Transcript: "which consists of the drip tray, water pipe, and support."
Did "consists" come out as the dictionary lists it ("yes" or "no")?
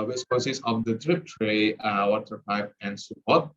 no